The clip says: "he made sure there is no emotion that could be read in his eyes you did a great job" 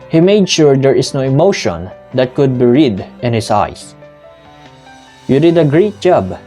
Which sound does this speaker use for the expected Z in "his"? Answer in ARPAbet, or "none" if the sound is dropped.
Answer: S